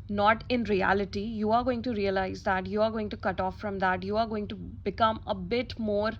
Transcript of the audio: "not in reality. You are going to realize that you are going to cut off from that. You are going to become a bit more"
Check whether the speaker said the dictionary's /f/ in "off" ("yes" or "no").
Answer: yes